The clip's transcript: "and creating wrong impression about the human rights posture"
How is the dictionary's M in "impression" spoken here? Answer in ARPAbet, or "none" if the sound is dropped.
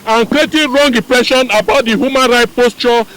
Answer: none